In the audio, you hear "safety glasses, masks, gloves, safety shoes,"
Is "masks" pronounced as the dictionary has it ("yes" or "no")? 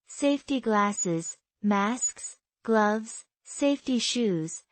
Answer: yes